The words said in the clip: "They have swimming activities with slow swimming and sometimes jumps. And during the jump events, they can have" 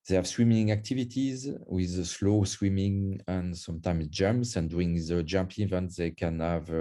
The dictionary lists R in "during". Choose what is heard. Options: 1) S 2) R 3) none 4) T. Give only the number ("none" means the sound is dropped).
3